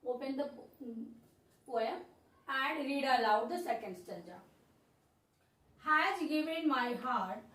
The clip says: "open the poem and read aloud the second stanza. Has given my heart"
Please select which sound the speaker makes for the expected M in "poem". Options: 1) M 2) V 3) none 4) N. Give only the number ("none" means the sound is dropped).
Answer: 3